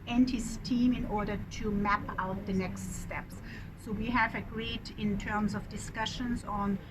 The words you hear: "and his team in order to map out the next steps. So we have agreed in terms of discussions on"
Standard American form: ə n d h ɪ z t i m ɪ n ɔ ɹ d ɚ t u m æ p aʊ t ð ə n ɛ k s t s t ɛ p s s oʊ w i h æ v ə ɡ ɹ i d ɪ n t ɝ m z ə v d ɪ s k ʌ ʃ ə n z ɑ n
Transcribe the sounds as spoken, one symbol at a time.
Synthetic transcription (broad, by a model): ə n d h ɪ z t i m ɪ n ɔ ɹ d ɚ t u m æ p aʊ t ð ə n ɛ k s t s t ɛ p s s oʊ w i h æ v ə ɡ ɹ i d ɪ n t ɝ m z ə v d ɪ s k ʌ ʃ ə n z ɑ n